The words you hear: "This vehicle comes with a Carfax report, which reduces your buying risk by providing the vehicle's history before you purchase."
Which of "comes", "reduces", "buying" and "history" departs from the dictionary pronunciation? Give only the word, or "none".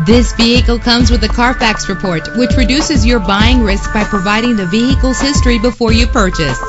none